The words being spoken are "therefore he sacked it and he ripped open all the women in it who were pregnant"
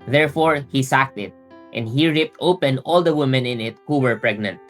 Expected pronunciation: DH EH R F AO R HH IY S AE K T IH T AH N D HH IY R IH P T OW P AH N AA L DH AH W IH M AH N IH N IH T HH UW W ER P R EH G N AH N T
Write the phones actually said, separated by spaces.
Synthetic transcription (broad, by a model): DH EH R F AO R HH IY S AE K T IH T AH N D HH IY R IH P T OW P AH N AA L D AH W IH M AH N IH N IH T HH UW W ER P R EH G N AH N T